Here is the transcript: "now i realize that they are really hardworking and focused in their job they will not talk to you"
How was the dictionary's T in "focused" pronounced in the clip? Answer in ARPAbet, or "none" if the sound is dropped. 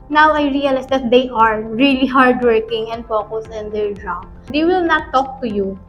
none